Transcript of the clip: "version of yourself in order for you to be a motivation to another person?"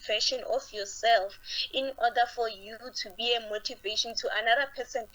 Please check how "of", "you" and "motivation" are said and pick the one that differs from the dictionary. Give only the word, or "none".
of